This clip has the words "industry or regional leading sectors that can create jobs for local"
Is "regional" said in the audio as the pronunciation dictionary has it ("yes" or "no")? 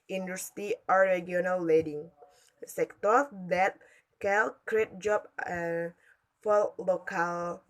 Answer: no